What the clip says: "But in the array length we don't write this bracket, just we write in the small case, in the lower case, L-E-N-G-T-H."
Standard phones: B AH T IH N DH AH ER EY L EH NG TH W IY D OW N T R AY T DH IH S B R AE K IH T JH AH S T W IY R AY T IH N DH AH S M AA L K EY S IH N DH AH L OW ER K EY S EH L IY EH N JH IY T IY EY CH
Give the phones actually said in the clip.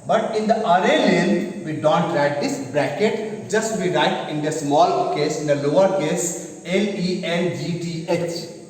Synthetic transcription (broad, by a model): B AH T IH N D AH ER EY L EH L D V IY D OW N T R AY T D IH S B R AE K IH T JH AH S T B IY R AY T IH N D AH S M AA L K EY S IH N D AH L OW ER K EY S EH L IY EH L JH IY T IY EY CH